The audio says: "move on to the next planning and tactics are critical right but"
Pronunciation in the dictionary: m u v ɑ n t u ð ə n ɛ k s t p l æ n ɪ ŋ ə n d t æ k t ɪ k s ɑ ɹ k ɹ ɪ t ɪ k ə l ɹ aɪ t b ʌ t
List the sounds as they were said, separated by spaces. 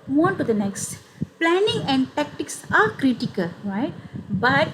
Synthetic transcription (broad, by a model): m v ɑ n t u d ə n ɛ k s t p l æ n ɪ ŋ ə n d t æ k t ɪ k s ɑ ɹ k ɹ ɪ t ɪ k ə l ɹ aɪ t b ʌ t